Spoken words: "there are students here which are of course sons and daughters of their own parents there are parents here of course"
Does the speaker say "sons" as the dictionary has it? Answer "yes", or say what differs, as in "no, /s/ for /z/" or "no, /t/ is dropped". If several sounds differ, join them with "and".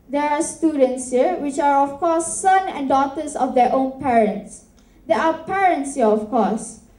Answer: no, /z/ is dropped